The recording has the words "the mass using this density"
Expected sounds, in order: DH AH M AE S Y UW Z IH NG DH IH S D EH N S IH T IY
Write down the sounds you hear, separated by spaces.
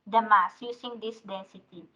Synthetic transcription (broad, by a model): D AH M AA S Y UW S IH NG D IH S D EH N S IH T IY